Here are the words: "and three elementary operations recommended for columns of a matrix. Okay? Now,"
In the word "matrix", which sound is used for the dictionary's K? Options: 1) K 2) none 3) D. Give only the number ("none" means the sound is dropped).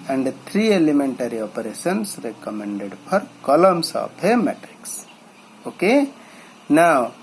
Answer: 1